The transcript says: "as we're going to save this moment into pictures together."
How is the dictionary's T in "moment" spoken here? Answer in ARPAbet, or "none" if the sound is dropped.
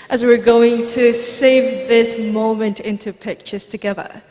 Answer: T